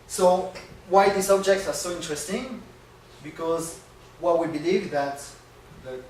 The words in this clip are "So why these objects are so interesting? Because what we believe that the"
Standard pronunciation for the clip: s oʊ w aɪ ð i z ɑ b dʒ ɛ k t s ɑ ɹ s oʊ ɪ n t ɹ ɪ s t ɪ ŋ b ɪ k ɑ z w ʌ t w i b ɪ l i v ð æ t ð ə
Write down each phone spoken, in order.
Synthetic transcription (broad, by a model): s oʊ w aɪ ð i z ɑ b dʒ ɛ k t s ɑ ɹ s oʊ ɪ n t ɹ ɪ s t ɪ ŋ b ɪ k ɑ z w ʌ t w i b ɪ l i v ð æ t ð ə